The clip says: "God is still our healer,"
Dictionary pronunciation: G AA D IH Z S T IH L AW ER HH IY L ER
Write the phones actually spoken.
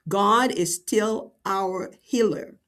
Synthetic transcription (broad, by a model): G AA D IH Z S T IH L AW ER HH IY L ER